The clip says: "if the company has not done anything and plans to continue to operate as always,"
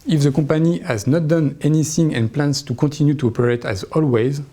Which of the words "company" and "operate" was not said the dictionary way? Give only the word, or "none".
company